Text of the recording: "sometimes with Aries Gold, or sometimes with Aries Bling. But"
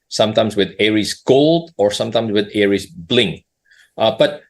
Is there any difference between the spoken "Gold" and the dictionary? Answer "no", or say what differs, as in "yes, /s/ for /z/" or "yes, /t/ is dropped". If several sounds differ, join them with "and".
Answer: no